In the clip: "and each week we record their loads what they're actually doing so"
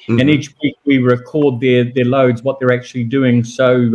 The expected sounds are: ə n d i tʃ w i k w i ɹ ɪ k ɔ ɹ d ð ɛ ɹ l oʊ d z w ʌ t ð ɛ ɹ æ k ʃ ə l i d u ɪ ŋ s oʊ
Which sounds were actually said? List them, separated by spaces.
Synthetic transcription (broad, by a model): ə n i tʃ w i k w i ɹ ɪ k ɔ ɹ d ð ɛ ɹ l oʊ d z w ʌ t ð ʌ ɹ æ k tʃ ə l i d u ɪ ŋ s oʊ